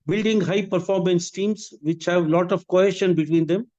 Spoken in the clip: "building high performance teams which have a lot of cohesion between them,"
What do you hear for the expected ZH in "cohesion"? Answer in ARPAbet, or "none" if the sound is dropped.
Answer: SH